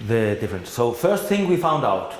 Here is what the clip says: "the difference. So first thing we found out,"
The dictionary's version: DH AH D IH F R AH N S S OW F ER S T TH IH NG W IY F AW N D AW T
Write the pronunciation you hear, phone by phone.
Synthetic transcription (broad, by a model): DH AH D IH F R AH N S S OW F ER S T TH IH NG W IY F AW N D AW T